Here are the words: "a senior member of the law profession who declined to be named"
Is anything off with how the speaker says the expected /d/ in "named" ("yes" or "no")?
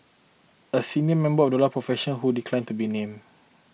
yes